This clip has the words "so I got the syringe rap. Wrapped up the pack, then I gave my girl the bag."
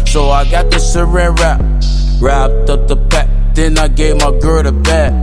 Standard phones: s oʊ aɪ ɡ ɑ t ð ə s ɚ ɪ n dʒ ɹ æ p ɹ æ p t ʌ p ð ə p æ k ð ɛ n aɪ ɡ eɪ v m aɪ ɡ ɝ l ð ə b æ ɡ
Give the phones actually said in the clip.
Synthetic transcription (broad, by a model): s oʊ aɪ ɡ ɑ t ð ə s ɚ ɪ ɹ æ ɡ ɹ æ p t ʌ p ð ə b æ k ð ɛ n aɪ ɡ eɪ v m aɪ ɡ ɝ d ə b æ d